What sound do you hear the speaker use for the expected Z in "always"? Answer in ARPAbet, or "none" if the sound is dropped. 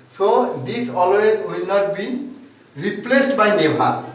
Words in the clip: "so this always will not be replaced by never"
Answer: Z